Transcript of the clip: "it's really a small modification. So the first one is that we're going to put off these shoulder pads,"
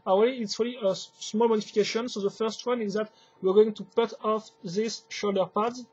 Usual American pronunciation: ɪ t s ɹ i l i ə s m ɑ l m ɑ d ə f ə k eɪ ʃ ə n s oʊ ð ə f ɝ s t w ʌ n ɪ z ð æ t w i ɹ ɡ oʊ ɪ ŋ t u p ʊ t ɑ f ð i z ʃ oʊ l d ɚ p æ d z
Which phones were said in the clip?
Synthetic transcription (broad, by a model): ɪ t s ɹ i l i ə s m ɑ l m ɑ d ə f ə k eɪ ʃ ə n s oʊ ð ə f ɝ s t w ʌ n ɪ z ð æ t w i ɹ ɡ oʊ ɪ ŋ t u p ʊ t ɑ f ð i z ʃ oʊ l d ɚ p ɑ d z